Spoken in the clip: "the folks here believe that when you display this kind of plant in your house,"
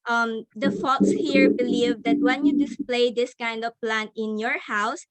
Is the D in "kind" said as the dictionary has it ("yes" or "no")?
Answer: yes